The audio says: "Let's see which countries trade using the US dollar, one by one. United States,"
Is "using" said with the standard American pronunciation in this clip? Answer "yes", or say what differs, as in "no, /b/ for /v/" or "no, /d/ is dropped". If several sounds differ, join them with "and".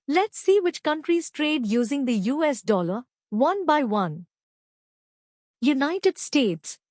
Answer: yes